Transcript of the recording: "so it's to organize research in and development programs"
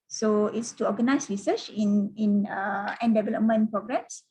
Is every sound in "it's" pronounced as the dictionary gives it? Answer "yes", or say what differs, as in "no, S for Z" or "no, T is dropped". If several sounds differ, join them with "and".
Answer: yes